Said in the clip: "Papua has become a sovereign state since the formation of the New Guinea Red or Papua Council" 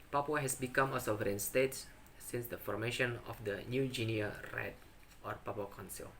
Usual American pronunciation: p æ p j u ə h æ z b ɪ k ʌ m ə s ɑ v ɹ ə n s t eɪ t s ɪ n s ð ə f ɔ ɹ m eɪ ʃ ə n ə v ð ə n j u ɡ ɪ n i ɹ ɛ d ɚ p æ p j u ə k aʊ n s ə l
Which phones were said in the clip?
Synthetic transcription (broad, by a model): p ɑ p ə h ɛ s b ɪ k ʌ m ə s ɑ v ɹ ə n s t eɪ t s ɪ n s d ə f ɔ ɹ m eɪ ʃ ə n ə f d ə n j u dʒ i n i ɹ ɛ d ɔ p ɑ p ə k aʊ n s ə l